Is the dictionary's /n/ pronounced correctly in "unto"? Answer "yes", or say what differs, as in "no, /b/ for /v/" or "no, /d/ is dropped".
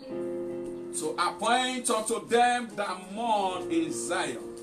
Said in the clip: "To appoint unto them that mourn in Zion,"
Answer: no, /n/ is dropped